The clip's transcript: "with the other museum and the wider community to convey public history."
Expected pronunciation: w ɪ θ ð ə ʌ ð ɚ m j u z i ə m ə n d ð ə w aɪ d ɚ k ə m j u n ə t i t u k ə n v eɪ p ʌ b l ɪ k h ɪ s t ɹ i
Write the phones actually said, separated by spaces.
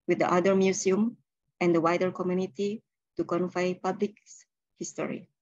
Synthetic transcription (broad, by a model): w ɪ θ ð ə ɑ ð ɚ m j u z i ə m ə n d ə w aɪ d ɚ k ə m j u n ə t i t u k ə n f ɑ p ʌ b l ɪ k h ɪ s t ɹ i